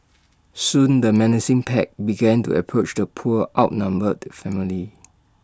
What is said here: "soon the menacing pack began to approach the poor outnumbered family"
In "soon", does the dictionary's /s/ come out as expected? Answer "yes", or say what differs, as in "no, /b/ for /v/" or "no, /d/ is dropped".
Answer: yes